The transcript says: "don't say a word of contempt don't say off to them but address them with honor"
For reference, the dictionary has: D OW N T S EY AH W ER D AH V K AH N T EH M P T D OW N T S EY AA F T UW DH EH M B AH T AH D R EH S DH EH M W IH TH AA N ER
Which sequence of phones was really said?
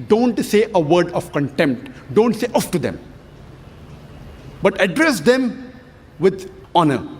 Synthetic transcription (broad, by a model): D OW N T S EY AH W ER D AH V K AH N T EH M P T D OW N T S EY AA F T UW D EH M B AH T AH D R EH S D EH M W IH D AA N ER